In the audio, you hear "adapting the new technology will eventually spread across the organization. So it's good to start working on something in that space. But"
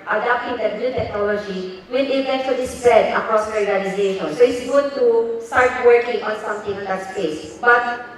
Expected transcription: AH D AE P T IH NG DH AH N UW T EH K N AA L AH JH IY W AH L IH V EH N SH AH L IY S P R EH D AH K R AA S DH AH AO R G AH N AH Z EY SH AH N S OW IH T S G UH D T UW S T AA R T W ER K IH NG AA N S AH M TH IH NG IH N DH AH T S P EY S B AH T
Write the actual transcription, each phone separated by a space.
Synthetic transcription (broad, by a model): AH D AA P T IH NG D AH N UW T EH K N AA L AH JH IY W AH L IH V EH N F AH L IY S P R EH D AH K R AA S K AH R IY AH L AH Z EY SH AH N S OW IH T S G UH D T UW S T AA R T W ER K IH NG AA N S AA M T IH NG IH N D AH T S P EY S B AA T